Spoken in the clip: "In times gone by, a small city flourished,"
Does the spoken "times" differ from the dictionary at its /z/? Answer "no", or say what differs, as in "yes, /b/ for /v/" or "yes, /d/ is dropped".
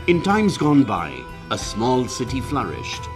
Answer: no